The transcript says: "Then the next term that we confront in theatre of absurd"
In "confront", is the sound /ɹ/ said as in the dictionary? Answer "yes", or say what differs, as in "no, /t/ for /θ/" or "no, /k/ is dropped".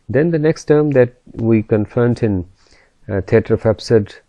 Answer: no, /ɹ/ is dropped